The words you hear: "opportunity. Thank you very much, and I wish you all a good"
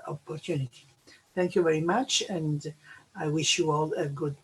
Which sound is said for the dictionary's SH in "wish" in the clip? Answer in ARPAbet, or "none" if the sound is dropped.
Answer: SH